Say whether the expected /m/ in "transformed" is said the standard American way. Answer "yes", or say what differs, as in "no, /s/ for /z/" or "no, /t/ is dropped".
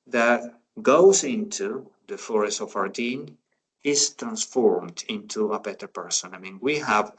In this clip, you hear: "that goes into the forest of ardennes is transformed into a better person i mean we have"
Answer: yes